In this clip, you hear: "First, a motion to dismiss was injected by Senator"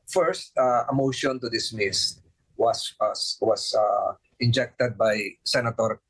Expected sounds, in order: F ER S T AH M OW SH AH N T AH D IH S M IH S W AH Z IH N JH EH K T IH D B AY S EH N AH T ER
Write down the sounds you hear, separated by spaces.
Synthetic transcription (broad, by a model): F ER S T AH M OW SH AH N T AH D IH S M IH S W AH S IH N JH EH K T IH D B AY S EH N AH T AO